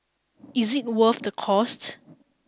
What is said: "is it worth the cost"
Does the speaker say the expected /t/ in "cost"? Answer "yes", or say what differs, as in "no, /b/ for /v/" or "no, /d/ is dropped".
yes